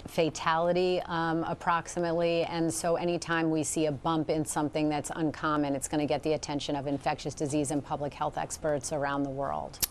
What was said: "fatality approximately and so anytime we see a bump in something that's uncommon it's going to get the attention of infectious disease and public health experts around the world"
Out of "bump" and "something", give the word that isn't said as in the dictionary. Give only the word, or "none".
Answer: none